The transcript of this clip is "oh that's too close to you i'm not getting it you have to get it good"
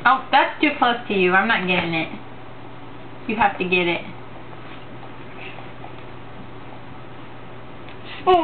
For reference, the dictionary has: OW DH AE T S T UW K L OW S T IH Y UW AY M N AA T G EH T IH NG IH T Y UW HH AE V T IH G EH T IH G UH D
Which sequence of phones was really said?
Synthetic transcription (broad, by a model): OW DH AE T S T UW K L OW S T IH Y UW AY M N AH T G EH T IH NG IH T Y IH HH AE F T IH G EH T IH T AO